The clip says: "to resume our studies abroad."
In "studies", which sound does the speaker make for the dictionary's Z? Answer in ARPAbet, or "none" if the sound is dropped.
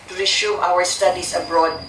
S